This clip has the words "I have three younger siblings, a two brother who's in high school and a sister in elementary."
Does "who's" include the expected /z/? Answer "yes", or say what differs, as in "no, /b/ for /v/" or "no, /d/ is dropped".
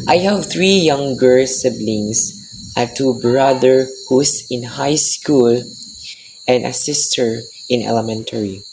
no, /s/ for /z/